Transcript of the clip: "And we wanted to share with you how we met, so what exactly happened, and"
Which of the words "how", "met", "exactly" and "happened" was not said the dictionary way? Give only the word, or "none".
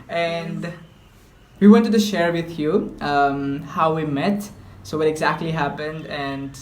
none